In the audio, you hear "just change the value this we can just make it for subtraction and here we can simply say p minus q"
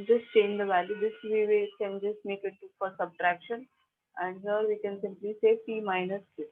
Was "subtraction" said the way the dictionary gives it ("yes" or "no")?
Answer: yes